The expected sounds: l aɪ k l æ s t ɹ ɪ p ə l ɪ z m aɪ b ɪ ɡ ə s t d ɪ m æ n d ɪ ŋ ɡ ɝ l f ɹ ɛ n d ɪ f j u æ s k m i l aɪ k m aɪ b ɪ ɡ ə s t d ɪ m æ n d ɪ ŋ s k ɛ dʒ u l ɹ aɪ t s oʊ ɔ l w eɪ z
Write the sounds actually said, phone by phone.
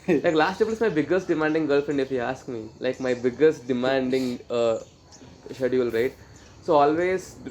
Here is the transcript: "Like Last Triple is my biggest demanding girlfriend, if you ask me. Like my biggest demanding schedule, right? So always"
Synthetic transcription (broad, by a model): l aɪ k l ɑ s t ɪ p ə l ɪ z m aɪ b ɪ ɡ ə s t d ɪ m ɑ n d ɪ ŋ ɡ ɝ l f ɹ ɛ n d ɪ f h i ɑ s k m i l aɪ k m aɪ b ɪ ɡ ə s t d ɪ m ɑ n d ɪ ŋ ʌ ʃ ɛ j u l ɹ aɪ t s oʊ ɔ l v eɪ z